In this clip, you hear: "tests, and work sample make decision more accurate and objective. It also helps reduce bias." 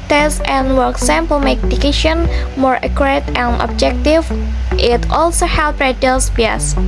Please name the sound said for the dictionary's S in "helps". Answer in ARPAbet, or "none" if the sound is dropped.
none